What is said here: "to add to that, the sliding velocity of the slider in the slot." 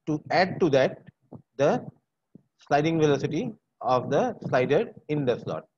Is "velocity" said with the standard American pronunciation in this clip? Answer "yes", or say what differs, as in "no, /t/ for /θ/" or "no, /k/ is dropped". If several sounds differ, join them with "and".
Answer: yes